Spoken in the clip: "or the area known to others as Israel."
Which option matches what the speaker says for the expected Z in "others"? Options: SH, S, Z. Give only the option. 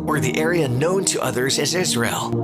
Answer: Z